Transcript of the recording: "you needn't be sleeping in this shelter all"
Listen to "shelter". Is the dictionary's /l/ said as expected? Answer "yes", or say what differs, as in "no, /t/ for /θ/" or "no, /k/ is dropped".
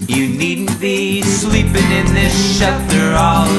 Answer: no, /l/ is dropped